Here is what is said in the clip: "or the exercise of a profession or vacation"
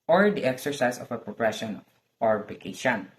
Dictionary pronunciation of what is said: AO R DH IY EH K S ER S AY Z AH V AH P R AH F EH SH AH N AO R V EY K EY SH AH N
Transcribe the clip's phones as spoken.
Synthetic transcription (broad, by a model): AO R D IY EH K S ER S AY S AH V AH P R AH P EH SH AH N AO R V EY K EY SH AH N